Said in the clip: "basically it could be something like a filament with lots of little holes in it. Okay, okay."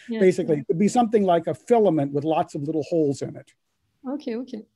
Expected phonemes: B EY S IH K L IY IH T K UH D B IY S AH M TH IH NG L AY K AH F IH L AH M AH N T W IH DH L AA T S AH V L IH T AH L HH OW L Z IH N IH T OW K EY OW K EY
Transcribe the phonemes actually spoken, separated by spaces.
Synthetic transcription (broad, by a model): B EY S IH K L IY IH T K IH D B IY S AH M TH IH NG L AY K AH F IH L AH M AH N T W IH DH L AA T S AH V L IH T L HH OW L Z IH N IH T OW K EY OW K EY